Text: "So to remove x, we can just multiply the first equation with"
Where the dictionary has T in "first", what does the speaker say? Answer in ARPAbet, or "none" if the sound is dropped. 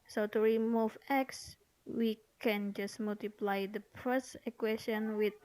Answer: none